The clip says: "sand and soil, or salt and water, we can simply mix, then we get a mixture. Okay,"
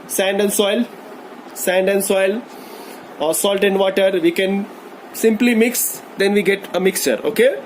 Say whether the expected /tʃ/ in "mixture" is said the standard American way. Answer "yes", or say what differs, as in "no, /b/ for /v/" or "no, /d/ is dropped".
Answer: yes